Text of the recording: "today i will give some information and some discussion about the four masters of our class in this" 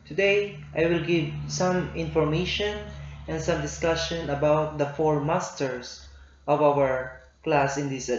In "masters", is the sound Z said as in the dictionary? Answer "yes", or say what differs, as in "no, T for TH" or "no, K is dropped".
no, S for Z